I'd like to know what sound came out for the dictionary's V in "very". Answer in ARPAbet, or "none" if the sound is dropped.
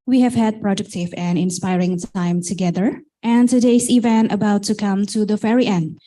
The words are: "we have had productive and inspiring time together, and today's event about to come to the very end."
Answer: F